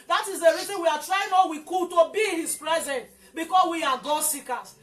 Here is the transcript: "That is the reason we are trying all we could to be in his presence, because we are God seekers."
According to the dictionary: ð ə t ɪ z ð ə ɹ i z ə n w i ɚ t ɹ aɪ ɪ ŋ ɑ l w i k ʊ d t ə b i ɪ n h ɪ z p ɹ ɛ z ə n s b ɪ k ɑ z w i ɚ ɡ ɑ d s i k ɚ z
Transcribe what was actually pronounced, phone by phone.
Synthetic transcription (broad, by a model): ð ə t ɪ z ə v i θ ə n w i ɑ t ɹ aɪ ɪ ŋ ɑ w i k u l t ə b i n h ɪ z p ɹ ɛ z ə n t b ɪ k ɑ s w i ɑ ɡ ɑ s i k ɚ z